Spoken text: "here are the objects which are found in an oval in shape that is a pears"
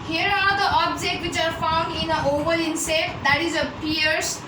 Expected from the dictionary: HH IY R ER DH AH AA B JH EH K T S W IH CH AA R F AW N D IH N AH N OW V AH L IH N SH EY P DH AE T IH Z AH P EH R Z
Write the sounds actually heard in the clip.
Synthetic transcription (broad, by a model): HH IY R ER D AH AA B JH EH K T W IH CH AA R F AW N D IH N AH OW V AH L IH N S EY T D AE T IH Z AH P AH R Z